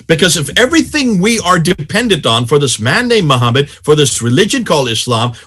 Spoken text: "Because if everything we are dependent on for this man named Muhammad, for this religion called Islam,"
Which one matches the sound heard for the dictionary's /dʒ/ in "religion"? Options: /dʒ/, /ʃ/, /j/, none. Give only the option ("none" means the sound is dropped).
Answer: /dʒ/